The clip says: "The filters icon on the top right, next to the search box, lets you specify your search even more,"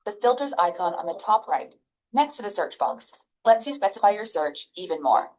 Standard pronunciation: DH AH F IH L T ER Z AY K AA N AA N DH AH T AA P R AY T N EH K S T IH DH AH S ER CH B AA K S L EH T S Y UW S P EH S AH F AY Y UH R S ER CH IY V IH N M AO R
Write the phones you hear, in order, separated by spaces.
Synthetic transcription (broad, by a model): DH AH F IH L T ER Z AY K AA N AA N DH AH T AA P R AY T N EH K S T IH DH AH S ER CH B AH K S L EH T S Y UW S P EH S AH F AY Y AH R S ER CH IY V IH N M AO R